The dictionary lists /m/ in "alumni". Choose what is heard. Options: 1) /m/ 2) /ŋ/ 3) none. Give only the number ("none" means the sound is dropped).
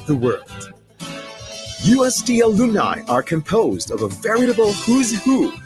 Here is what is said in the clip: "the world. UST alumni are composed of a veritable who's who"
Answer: 3